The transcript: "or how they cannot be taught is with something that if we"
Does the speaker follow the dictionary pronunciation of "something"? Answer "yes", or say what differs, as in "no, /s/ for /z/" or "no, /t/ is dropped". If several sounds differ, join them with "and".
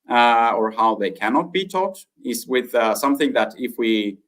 yes